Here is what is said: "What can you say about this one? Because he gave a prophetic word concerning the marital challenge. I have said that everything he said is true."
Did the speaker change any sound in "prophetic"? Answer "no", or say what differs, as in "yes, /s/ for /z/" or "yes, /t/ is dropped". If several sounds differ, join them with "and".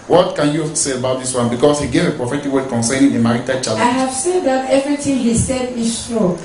no